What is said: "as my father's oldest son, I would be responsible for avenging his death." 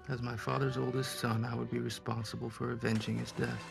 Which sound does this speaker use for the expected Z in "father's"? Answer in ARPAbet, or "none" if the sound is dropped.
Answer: Z